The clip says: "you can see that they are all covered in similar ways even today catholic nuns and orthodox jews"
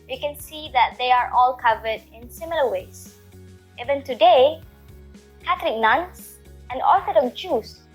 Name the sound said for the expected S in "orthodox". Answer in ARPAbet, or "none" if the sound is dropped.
none